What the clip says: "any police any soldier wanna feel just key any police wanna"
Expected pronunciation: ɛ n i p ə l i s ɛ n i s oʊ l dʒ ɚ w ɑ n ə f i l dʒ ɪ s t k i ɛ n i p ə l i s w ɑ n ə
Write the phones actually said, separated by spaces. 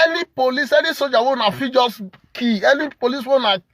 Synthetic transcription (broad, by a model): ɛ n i p ə l i s ɛ n i s oʊ dʒ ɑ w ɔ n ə f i dʒ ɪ s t k i ɛ n i p ə l i s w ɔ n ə